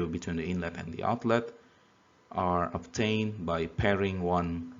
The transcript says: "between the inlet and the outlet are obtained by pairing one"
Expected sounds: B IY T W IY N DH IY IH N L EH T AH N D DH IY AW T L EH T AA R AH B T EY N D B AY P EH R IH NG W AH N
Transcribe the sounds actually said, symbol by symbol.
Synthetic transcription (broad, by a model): B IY T W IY N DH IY IH N L EH T AH N D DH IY AW T L EH T AA R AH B T EY N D B AY P EH R IH NG W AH N